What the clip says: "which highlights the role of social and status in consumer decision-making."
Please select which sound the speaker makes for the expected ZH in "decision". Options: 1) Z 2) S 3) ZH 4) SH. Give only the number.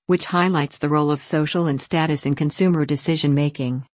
3